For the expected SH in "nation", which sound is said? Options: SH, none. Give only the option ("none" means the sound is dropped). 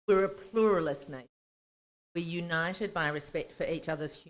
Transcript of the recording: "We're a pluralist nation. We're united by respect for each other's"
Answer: none